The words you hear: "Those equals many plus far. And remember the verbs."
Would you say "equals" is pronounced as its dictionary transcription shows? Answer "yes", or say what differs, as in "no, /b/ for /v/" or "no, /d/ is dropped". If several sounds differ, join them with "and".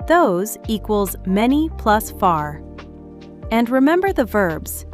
yes